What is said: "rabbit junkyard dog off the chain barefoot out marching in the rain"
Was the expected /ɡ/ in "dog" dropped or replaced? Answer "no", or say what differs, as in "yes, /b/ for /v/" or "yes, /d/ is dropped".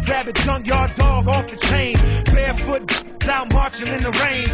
no